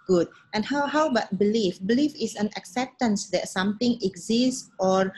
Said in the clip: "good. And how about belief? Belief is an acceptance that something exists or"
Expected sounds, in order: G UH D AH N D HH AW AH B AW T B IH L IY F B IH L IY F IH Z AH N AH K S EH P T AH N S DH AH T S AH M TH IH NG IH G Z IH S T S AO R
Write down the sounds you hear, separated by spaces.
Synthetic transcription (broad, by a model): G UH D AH N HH HH AW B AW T B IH L IY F B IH L IY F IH S AH N AH K S EH P T AH N S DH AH T S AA M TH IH NG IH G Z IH S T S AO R